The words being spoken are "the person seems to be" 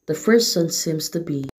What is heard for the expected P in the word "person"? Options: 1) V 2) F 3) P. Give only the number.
2